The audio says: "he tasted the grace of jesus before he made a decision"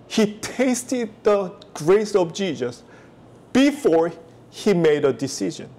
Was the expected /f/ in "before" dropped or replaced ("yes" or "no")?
no